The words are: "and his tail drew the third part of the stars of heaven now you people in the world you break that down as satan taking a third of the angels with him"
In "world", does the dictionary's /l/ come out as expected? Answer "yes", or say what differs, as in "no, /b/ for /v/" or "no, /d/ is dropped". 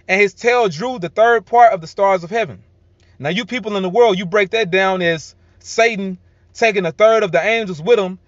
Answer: yes